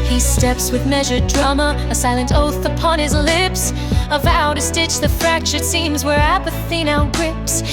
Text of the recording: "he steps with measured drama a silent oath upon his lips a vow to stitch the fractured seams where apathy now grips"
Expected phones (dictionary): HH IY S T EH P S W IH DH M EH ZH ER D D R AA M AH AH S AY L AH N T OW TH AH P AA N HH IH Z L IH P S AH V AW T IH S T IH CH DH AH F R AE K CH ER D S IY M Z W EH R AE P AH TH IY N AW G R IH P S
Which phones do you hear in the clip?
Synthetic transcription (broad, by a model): HH IY S T EH P S W IH DH M EH ZH ER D D R AA M AH AH S AY L AH N T OW TH AH P AA N IH Z L IH P S AH V AW T IH S T IH CH DH AH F R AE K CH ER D S IY M Z W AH R AE P AH TH IY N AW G R IH P S